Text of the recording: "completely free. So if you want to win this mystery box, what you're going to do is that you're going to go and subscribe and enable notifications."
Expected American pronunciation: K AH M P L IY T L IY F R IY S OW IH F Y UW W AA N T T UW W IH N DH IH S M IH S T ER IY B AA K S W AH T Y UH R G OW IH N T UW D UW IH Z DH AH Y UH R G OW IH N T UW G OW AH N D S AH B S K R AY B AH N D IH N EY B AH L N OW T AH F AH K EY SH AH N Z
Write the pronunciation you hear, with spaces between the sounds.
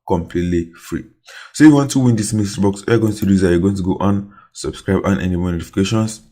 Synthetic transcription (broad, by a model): K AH M P L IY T L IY F R IY S OW Y UW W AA N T T UW W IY N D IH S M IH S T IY B AA K S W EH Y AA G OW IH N T UW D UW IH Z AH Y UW G OW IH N T UW G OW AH N S AH B S K R AY B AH N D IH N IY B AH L N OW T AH F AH K EY SH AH N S